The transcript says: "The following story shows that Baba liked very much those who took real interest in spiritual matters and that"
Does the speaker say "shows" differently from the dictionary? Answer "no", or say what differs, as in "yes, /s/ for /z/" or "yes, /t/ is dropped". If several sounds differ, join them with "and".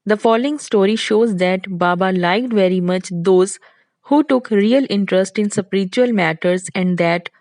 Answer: no